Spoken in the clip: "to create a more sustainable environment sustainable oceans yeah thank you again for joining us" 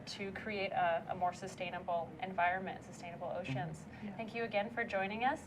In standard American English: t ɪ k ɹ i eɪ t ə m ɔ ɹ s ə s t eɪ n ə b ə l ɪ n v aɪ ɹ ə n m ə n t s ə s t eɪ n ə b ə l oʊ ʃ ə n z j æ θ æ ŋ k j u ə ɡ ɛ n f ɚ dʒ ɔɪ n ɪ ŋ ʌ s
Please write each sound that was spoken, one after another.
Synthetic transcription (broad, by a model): t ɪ k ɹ i eɪ t ə m ɔ ɹ s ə s t eɪ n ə b l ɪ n v aɪ ɹ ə n m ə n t s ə s t eɪ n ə b l oʊ ʃ ə n z θ æ ŋ k j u ə ɡ ɛ n f ɚ dʒ ɔɪ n ɪ ŋ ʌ s